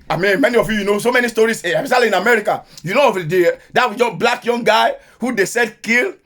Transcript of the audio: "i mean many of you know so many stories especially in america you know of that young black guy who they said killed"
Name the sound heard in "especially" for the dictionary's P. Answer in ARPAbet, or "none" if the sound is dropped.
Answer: none